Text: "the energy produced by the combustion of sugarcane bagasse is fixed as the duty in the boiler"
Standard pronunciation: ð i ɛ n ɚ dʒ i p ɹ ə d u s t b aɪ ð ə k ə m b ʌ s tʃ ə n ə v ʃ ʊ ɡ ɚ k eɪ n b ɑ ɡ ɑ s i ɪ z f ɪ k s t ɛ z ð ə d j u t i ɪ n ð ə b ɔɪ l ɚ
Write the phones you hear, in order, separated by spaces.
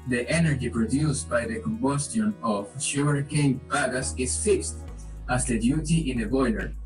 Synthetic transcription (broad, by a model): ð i ɛ n ɚ dʒ i p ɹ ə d u s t b aɪ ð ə k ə m b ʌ s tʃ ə n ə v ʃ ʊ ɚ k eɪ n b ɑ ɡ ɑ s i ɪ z f ɪ k s t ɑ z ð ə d j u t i ɪ n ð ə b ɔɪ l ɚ